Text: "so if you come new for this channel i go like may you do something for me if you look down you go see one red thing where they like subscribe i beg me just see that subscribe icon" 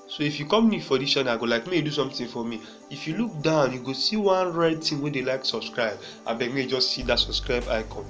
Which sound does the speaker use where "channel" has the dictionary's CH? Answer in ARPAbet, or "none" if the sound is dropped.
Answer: SH